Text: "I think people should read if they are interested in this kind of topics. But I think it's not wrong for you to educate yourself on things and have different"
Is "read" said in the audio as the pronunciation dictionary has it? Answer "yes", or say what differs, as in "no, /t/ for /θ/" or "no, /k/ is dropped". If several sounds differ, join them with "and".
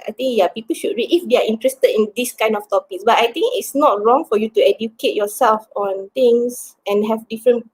no, /d/ is dropped